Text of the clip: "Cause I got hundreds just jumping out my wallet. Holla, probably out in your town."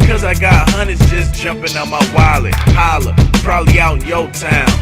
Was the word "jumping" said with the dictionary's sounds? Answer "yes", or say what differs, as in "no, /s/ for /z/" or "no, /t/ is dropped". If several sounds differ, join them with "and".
yes